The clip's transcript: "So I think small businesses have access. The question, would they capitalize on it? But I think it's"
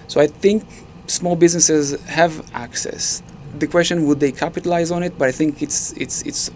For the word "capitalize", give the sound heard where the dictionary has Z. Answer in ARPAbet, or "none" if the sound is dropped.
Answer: Z